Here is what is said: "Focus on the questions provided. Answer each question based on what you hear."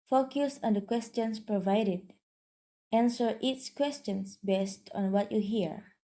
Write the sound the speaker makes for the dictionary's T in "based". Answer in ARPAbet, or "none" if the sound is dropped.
T